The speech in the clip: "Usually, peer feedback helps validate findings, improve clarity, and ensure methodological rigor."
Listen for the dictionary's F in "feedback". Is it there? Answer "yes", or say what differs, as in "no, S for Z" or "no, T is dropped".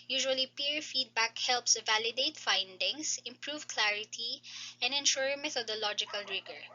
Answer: yes